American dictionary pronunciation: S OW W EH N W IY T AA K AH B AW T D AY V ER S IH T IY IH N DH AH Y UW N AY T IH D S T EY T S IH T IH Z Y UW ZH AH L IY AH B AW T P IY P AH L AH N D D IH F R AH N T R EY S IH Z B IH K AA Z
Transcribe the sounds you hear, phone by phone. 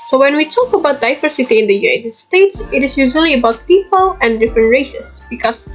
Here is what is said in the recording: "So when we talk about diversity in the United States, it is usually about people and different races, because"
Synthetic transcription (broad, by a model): S OW W EH N W IY T AA K AH B AW T D AY V ER S IH T IY IH N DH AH Y UW N AY T IH D S T EY T S IH T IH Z Y UW ZH AH L IY AH B AW T P IY P AH L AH N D D IH F R AH N T R EY S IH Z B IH K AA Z